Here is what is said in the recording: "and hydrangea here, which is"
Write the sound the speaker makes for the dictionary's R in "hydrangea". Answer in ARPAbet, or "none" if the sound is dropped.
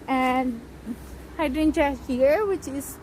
none